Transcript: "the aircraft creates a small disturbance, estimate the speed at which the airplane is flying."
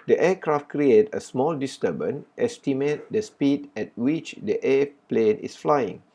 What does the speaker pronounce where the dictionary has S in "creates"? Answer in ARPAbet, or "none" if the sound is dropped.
none